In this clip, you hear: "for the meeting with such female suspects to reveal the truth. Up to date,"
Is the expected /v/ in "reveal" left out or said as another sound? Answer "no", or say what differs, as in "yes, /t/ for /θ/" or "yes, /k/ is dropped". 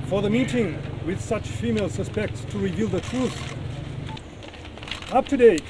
no